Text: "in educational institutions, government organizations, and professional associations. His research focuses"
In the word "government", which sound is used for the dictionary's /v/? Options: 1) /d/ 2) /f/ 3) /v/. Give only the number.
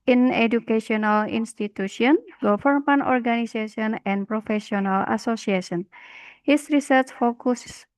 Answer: 2